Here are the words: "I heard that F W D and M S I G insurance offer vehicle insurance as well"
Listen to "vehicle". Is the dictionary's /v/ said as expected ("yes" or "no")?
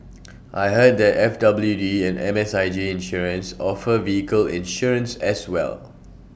yes